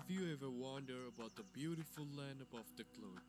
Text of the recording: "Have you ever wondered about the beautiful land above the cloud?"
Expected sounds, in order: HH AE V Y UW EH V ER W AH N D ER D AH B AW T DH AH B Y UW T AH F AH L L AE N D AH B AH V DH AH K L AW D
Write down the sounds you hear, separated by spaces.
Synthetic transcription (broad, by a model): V Y UW EH V ER W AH N D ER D AH B AW T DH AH B Y UW T AH F AH L L AE N D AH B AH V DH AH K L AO